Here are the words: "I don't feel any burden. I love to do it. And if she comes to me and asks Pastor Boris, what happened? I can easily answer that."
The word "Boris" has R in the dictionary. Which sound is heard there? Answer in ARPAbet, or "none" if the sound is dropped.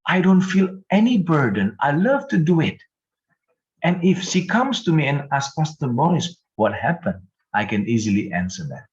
none